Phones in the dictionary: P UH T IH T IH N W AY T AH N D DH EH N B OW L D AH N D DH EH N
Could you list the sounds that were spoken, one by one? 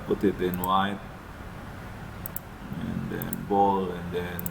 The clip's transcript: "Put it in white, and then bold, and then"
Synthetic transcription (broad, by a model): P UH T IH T IH N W AY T AH N D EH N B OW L AH N D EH N